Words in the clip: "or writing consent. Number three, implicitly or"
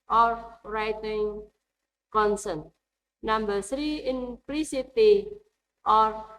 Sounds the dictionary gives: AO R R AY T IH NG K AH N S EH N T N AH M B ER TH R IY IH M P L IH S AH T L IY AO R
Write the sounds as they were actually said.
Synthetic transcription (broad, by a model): AO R R AY T IH NG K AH N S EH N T N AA M B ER S R IY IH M P L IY S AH T IY AO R